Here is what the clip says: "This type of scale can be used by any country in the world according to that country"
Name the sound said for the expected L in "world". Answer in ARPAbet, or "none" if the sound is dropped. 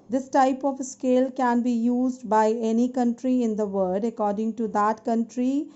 none